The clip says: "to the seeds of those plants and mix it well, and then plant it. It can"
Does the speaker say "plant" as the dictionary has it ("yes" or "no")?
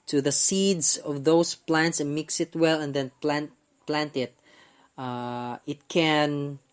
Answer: yes